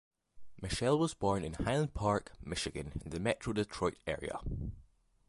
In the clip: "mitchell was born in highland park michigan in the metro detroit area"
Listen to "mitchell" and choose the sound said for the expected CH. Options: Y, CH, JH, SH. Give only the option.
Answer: SH